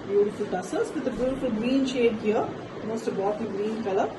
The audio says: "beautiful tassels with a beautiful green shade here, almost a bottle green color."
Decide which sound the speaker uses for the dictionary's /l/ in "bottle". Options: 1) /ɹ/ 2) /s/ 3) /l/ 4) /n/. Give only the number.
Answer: 4